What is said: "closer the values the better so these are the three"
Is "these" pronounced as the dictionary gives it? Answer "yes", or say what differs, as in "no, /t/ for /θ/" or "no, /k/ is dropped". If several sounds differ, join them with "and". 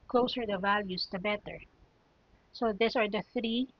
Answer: no, /s/ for /z/